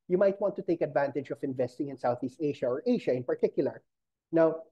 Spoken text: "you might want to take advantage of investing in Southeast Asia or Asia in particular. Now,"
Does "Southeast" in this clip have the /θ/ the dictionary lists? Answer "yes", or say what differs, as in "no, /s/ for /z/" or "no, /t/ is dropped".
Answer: yes